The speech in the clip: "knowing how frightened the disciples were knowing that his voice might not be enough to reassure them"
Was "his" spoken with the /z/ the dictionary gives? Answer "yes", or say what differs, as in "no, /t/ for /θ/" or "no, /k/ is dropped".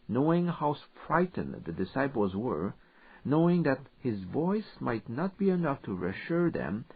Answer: yes